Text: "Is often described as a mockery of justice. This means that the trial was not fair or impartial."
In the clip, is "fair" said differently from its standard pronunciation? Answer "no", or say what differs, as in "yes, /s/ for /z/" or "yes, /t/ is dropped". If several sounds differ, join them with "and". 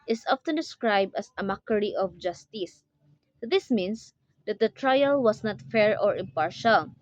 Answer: no